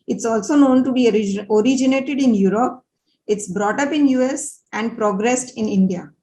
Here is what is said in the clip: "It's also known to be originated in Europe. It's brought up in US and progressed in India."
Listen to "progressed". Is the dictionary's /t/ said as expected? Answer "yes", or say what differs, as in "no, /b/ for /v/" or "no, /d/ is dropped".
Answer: yes